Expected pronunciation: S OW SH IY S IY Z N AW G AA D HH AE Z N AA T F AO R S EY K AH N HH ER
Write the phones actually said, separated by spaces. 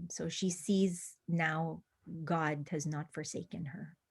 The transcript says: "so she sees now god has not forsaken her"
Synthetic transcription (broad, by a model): S OW SH IY S IY Z N AW G AA D HH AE Z N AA T F AO R S EY K AH N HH ER